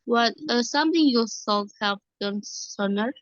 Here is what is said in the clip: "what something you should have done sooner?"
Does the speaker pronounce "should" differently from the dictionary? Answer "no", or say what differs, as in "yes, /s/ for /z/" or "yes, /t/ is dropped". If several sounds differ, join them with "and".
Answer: yes, /s/ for /ʃ/